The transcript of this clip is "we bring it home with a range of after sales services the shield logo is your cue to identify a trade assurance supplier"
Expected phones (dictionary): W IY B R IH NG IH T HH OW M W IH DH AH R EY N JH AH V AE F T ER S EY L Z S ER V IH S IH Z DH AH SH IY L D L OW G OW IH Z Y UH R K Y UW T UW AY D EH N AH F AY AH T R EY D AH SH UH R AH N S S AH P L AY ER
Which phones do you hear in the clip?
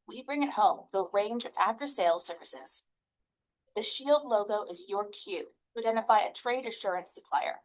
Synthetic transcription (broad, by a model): W IY B R IH NG IH T HH OW M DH AH R EY N JH AH V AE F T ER S EY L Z S ER V IH S IH Z DH AH SH IY L D L OW G OW IH Z Y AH R K Y UW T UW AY D EH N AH F AY AH T R EY D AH SH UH R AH N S S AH P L AY ER